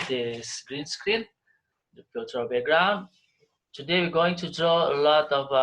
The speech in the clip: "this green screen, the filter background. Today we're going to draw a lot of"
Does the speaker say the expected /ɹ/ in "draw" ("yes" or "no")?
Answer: yes